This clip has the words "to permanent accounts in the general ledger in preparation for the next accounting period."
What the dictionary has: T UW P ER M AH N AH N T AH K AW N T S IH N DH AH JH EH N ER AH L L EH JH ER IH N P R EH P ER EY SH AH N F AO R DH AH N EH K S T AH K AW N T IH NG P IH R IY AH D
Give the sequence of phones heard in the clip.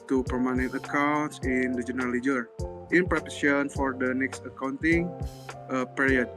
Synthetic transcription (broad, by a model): T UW P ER M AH N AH N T AH K AW N T S IH N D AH JH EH N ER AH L L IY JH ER IH N P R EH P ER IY AH N F AO R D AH N EH K S T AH K AW N T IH NG P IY R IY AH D